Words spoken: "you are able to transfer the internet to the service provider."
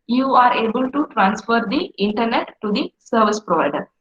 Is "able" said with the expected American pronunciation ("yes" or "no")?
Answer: yes